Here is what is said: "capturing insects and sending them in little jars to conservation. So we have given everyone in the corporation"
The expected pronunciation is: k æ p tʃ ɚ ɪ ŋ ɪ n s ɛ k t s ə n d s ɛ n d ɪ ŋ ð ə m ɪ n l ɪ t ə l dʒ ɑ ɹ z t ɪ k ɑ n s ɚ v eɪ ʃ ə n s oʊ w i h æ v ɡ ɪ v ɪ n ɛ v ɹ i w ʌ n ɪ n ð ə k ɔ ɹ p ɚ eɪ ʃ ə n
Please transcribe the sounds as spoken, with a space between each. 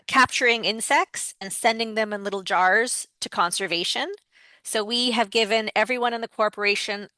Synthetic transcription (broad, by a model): k æ p tʃ ɚ ɪ ŋ ɪ n s ɛ k t s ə n s ɛ n d ɪ ŋ ð ə m ɪ n l ɪ t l dʒ ɑ ɹ z t ɪ k ɑ n s ɚ v eɪ ʃ ə n s oʊ w i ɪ v ɡ ɪ v ɪ n ɛ v ɹ i w ʌ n ɪ n ð ə k ɔ ɹ p ɚ eɪ ʃ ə n